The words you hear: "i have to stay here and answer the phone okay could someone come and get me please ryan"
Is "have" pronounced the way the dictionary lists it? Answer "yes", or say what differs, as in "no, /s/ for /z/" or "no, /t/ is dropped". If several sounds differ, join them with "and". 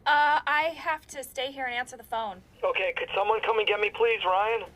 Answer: no, /f/ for /v/